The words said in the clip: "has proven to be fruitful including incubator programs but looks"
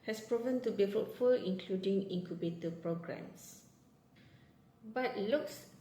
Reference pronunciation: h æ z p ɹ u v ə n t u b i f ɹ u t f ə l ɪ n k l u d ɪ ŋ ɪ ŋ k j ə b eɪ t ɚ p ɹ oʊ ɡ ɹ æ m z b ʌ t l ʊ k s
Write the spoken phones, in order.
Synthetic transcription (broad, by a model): h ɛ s p ɹ u v ə n t u b i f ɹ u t f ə l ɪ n k l u d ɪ ŋ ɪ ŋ k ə b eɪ t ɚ p ɹ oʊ ɡ ɹ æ m s b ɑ t l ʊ k s